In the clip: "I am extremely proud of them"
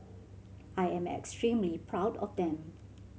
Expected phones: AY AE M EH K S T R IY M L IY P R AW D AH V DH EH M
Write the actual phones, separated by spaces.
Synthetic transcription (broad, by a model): AY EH M EH K S T R IY M L IY P R AW D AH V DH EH M